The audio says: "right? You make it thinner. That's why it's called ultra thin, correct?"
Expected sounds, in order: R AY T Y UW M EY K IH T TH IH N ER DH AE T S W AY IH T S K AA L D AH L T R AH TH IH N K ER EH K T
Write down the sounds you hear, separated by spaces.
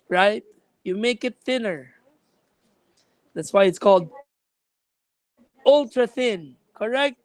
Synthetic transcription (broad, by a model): R AY T Y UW M EY K IH T TH IH N ER DH AE T S W AY IH T S K AA L D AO L T R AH TH IH N K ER EH K T